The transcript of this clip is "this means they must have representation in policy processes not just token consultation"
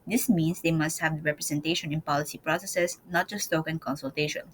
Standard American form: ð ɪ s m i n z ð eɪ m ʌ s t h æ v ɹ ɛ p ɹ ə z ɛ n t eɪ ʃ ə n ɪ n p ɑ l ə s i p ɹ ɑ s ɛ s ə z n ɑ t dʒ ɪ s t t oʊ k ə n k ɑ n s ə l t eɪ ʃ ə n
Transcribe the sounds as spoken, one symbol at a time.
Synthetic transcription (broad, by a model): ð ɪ s m i n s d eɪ m ʌ s t h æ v ɹ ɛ p ɹ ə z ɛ n t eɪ ʃ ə n ɪ n p ɑ l ə s i p ɹ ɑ s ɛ s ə s n ɑ t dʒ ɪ s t t oʊ k ə n k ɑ n s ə l t eɪ ʃ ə n